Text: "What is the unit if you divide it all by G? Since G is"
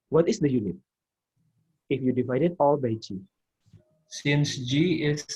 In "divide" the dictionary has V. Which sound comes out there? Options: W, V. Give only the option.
V